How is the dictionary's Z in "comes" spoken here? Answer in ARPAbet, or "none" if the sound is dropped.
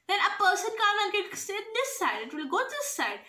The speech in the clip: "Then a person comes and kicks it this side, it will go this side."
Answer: none